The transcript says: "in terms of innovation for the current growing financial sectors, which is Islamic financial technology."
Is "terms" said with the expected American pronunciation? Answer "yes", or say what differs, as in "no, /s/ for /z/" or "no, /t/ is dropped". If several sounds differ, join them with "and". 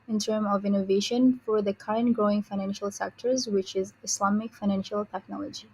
no, /z/ is dropped